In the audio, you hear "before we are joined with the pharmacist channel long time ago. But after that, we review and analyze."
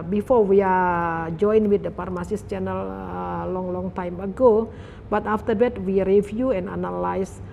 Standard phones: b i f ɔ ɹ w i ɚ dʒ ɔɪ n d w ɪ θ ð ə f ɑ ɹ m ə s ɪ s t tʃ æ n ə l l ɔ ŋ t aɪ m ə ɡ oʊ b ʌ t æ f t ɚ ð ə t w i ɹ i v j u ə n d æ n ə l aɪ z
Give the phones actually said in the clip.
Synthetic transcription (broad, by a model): b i f ɔ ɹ w i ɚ dʒ ɔɪ n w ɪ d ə p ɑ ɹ m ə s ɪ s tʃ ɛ n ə l l ɔ ŋ t aɪ m ə ɡ oʊ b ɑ t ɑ f t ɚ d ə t w i ɹ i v j u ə n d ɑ n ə l aɪ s